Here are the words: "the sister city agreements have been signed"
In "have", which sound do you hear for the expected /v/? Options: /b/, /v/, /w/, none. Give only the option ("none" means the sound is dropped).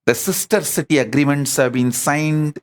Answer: /v/